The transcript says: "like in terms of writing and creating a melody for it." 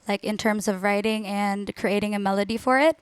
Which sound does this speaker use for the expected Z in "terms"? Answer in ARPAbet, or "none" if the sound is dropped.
Z